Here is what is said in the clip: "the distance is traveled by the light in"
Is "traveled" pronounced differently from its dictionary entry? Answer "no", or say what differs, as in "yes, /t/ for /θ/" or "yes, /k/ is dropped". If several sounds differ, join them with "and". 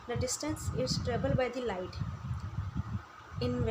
yes, /b/ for /v/